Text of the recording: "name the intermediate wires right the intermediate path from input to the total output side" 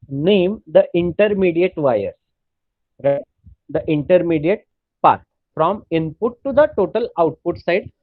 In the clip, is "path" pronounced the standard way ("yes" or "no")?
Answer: no